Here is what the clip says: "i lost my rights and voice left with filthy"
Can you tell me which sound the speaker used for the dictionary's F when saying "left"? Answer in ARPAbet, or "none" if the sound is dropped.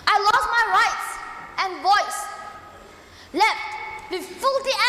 F